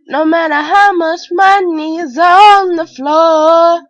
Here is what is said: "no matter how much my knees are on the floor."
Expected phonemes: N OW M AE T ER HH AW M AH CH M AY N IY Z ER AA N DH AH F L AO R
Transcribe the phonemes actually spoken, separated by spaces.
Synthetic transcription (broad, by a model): N OW M AE T ER HH AW M AH CH M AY N IY Z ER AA N DH AH F L AO